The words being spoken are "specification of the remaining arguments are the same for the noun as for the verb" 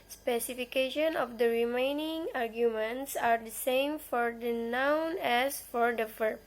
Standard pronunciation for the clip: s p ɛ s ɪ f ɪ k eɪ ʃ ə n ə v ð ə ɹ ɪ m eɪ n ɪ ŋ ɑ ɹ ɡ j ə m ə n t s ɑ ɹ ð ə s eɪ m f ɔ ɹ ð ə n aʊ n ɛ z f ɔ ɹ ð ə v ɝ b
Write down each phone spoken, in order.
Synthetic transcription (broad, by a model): s p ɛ s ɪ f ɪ k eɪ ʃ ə n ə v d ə ɹ ɪ m eɪ n ɪ ŋ ɑ ɹ ɡ j ə m ə n t s ɑ ɹ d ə s eɪ m f ɔ ɹ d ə n aʊ n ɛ s f ɔ ɹ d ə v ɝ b